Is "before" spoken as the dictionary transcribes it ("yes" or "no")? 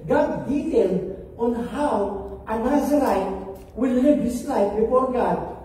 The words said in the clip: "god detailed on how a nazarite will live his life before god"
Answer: yes